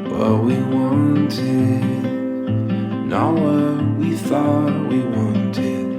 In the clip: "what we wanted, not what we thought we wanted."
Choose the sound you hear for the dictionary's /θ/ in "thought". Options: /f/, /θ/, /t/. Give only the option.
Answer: /θ/